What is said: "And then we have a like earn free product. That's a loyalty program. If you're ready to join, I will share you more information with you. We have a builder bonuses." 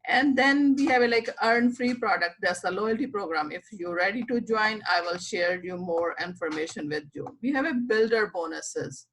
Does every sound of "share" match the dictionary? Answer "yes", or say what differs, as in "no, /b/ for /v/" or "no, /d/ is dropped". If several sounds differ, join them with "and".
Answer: yes